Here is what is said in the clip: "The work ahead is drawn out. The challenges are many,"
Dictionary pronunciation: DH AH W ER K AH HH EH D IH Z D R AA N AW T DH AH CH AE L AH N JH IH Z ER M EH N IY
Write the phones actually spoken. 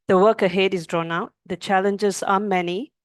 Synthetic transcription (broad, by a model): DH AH W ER K AH HH EH D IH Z D R AA N AW T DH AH CH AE L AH N JH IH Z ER M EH N IY